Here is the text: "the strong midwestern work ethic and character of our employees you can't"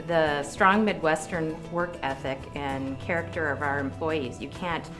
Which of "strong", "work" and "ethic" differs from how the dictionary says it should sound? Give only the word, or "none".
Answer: none